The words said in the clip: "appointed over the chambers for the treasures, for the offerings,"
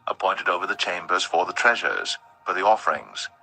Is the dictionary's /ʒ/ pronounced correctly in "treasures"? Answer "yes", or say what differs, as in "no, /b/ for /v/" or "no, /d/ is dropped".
yes